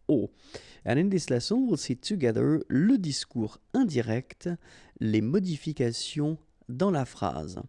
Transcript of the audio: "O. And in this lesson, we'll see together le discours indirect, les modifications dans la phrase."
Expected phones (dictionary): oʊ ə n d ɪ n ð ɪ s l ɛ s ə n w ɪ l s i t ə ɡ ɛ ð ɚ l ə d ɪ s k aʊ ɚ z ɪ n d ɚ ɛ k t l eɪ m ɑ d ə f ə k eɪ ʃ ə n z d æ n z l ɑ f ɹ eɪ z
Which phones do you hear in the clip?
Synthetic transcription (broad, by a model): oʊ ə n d ɪ n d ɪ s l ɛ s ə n w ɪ l s i t ə ɡ ɛ ð ɚ l ə d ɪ s k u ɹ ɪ d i ɛ k t l eɪ m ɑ d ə f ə k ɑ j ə d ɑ l ɑ f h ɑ z